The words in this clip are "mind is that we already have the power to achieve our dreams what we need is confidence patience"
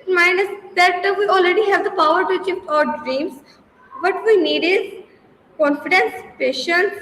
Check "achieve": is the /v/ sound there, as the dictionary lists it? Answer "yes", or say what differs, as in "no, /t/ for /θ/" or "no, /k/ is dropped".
no, /p/ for /v/